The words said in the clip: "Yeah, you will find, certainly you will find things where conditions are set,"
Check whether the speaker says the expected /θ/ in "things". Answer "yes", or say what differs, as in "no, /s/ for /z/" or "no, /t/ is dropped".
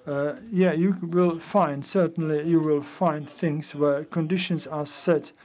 yes